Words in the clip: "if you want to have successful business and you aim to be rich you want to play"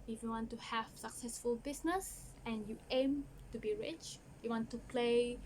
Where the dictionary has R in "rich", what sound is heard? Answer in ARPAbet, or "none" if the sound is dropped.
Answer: R